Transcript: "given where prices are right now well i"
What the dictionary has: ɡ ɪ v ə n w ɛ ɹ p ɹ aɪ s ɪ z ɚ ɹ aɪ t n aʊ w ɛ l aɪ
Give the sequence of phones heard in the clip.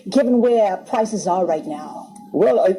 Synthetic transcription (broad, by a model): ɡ ɪ v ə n w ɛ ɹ p ɹ aɪ s ɪ z ɚ ɹ aɪ t n aʊ w ɛ l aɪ